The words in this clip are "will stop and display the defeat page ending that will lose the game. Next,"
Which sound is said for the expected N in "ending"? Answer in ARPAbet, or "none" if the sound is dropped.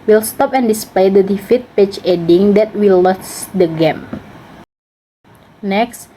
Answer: none